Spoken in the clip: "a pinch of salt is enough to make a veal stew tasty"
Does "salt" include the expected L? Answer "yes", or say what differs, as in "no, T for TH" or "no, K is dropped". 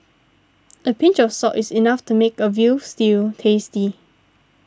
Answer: no, L is dropped